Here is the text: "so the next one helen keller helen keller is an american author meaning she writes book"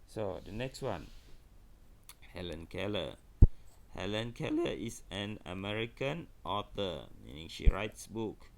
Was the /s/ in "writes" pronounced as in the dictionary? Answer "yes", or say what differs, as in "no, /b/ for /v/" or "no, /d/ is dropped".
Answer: yes